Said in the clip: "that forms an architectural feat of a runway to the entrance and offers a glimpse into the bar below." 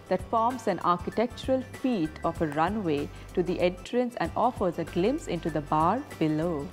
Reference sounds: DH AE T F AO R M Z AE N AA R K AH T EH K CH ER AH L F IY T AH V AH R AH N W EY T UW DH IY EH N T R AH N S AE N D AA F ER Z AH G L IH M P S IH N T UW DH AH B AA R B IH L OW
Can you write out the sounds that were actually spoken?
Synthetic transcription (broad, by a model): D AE T F AO R M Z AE N AA R K AH T EH K CH ER AH L F IY T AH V AH R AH N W EY T UW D IY EH N T R AH N S AE N D AA F ER Z AH G L IH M S IH N T UW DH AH B AA R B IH L OW